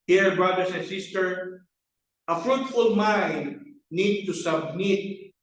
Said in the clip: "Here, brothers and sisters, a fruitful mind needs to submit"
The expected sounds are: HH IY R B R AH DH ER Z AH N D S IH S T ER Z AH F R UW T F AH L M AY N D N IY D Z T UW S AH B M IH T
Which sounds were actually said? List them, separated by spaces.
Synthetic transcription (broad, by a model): HH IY R B R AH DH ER S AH N S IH S T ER AH F R UW T F AH L M AY N D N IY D T UW S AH B M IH T